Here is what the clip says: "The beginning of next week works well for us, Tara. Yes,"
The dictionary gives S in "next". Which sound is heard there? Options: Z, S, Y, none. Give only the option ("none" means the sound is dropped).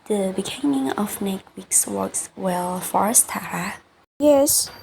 none